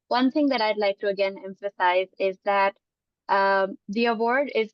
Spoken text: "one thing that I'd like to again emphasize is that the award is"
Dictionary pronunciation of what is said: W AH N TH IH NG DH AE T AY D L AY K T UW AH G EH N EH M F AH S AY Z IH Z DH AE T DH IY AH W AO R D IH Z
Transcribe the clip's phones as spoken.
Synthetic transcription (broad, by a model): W AH N T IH NG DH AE T AY D L AY K T UW AH G EH N EH M F AH S AY Z IH Z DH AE T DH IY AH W AO R D IH Z